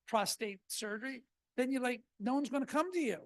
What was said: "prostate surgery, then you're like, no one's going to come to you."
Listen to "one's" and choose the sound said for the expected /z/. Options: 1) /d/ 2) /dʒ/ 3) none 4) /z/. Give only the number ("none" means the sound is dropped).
4